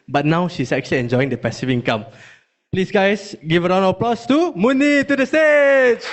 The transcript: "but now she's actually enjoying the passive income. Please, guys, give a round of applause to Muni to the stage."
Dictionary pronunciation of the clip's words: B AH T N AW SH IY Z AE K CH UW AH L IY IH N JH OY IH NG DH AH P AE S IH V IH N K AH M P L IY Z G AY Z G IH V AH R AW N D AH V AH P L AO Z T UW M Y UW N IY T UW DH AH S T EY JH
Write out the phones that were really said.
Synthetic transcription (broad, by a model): B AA T N AW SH IY S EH K CH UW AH L IY IH N JH OY IH NG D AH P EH S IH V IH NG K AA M P L IY S G AY S G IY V AH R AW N AH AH P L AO S T UW M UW N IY T UW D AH S T EY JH